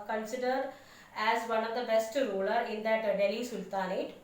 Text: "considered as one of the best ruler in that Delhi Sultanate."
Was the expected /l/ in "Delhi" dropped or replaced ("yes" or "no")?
no